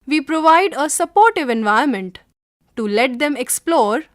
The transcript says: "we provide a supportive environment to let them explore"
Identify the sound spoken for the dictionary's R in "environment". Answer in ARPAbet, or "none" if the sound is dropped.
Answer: none